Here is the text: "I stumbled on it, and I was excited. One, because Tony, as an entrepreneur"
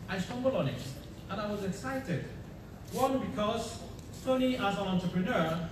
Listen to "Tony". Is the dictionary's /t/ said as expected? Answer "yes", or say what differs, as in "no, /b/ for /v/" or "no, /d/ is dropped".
no, /s/ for /t/